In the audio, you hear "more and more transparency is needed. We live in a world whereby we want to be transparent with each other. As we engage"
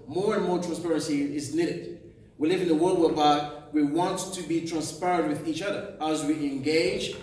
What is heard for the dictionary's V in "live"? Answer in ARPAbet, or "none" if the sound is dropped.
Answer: V